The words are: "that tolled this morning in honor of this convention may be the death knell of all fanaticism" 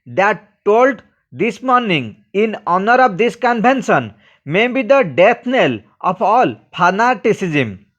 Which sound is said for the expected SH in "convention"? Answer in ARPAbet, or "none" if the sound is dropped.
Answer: S